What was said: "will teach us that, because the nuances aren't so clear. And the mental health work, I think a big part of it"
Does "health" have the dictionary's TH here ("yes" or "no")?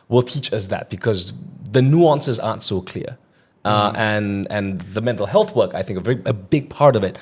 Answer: yes